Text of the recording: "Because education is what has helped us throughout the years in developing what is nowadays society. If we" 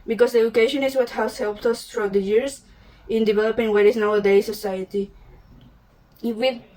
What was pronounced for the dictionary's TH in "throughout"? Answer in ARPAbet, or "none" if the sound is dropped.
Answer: T